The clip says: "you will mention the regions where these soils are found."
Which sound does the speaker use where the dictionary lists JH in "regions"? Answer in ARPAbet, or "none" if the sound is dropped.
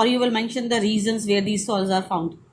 Z